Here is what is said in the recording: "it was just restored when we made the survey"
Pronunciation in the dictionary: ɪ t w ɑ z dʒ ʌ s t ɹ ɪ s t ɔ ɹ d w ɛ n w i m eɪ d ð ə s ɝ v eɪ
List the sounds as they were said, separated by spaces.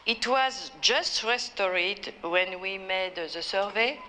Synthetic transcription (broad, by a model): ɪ t w ɑ z dʒ ʌ s t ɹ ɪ s t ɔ ɹ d w ɛ n w i m eɪ d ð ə s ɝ v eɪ